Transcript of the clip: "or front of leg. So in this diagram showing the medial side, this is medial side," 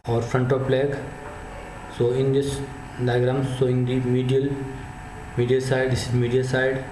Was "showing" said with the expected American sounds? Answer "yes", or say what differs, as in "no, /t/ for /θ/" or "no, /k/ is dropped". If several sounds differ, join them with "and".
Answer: no, /s/ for /ʃ/